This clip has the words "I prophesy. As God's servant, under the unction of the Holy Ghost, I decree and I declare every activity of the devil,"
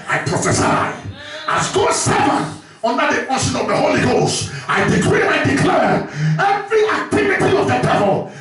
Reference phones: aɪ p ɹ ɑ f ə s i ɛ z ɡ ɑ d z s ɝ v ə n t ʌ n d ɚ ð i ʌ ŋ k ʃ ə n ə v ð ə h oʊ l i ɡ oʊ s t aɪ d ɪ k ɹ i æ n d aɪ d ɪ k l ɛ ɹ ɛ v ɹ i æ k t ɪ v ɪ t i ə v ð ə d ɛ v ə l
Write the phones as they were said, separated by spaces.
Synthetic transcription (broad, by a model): aɪ p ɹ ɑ f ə s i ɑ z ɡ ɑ s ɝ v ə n ʌ n d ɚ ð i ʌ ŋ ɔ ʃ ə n ə v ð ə h oʊ l i ɡ oʊ s t aɪ d ɪ k ɹ i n aɪ d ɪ k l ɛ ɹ ɛ v ɹ i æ k t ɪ v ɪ t i ə v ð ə d ɛ v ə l